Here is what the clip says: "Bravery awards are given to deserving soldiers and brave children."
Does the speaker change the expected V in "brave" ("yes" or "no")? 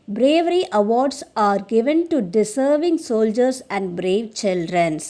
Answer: no